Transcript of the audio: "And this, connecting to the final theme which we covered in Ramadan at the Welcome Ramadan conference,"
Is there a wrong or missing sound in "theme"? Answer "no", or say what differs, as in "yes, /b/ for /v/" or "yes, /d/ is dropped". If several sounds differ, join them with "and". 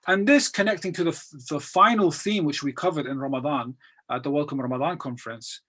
no